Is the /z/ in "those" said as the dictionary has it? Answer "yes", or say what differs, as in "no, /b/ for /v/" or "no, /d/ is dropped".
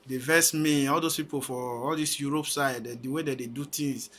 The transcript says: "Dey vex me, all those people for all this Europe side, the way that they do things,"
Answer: no, /s/ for /z/